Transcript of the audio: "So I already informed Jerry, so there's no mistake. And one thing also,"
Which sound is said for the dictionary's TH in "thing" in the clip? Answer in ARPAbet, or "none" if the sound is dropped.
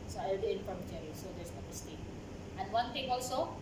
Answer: T